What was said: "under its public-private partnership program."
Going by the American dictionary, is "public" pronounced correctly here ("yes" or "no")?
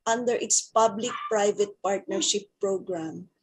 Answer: yes